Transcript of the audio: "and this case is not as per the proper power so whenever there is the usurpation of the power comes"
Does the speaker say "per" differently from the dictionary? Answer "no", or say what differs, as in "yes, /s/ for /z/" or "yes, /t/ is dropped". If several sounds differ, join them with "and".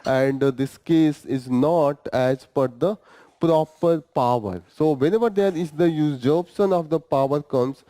yes, /f/ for /p/